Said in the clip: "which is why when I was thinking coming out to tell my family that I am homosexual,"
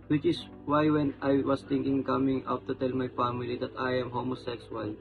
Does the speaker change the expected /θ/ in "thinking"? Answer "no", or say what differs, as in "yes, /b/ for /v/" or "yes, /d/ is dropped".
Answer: yes, /t/ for /θ/